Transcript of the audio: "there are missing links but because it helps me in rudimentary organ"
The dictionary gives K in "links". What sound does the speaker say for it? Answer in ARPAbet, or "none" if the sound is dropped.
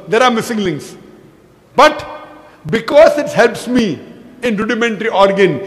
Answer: none